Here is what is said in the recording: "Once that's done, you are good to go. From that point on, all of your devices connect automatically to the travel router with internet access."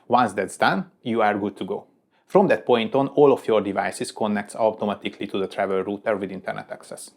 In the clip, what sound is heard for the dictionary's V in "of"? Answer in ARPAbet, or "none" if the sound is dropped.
F